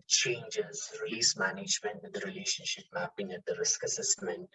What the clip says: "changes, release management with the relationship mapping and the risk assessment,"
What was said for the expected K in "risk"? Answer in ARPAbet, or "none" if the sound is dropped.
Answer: K